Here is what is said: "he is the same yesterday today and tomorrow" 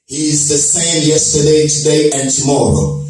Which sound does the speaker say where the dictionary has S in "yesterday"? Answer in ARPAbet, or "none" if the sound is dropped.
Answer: S